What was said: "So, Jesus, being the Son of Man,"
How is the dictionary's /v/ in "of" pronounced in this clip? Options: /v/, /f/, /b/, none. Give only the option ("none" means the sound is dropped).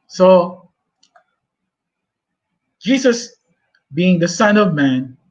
/v/